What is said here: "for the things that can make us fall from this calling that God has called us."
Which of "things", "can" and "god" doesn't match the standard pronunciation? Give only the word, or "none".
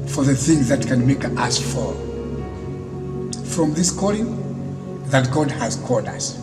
none